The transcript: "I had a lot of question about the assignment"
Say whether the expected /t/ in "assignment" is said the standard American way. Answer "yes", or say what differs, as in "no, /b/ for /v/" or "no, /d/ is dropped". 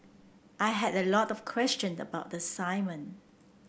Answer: no, /t/ is dropped